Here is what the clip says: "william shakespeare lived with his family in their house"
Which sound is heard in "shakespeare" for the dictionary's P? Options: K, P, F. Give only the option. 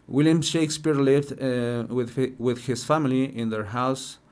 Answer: P